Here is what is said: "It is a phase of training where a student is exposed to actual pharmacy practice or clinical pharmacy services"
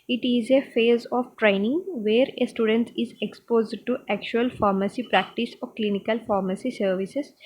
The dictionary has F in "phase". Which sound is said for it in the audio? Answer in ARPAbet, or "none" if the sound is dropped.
F